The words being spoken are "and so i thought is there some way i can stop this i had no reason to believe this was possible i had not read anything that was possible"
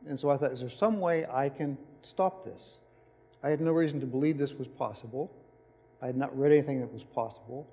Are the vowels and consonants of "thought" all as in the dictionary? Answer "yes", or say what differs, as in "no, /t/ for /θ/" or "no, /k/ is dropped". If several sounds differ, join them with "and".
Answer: yes